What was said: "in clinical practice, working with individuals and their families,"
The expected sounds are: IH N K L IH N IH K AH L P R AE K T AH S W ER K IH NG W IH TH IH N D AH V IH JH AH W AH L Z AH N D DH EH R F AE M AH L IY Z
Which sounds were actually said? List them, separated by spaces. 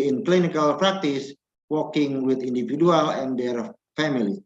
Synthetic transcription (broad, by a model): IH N K L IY N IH K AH L P R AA K T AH S W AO K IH NG W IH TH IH N D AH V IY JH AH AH L AH N D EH R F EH M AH L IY